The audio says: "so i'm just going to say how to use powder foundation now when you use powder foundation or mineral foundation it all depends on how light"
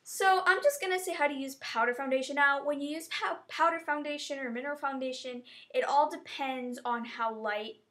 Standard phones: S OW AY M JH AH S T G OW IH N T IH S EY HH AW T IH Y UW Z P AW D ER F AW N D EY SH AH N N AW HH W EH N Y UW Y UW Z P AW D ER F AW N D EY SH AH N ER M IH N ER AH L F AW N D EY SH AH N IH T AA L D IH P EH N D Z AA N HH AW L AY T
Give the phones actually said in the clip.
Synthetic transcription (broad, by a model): S OW AY M JH AH S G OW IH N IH S EY HH AW T IH Y UW Z P AW D ER F AW N D EY SH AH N N AW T W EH N Y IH Y UW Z P AW D ER F AW N D EY SH AH N ER M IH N ER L F AW N D EY SH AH N IH T AA L D IH P EH N D Z N HH AW L AY T